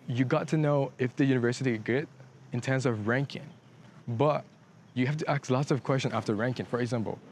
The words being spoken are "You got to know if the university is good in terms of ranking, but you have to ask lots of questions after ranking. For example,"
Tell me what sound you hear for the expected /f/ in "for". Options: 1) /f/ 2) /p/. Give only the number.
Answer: 1